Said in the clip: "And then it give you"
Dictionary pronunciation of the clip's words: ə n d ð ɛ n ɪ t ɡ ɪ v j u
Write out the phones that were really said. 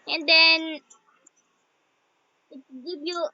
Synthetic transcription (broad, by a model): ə n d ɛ n ɪ t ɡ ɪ b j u